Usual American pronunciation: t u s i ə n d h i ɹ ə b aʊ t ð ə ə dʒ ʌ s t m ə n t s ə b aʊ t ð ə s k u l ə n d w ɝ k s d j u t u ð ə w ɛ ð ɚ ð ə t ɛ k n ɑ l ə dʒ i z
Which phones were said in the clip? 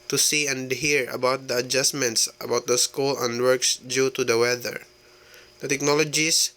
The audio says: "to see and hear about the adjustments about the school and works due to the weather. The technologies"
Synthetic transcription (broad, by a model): t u s i ə n d h i ɹ ə b aʊ t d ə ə dʒ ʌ s m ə n t s ə b aʊ t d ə s k u l ə n d w ɝ k s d j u t u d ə w ɛ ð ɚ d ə t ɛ k n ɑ l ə dʒ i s